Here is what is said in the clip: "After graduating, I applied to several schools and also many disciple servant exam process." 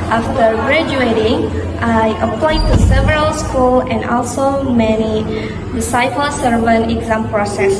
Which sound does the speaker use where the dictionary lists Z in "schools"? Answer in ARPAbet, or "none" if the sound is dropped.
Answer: none